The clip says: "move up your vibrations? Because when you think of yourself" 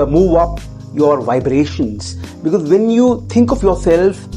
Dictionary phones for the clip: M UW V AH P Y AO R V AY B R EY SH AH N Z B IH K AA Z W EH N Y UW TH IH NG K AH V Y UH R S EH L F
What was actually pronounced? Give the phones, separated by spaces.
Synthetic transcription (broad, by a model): M UW V AH P Y AO R V AY B R EY SH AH N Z B IH K AA Z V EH N Y UW T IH NG K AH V Y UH R S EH L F